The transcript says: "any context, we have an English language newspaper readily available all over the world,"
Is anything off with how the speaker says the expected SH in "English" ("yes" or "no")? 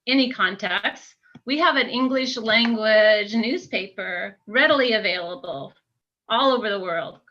no